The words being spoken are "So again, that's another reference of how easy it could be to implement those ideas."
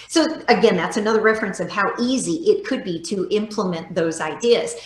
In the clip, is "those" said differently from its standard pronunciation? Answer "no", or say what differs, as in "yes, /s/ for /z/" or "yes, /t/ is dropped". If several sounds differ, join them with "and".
no